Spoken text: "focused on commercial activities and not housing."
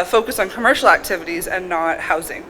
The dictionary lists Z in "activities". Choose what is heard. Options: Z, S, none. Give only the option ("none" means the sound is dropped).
Z